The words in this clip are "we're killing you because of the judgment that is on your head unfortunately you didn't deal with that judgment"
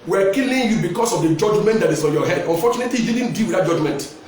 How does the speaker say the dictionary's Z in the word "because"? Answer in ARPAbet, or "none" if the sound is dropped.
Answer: S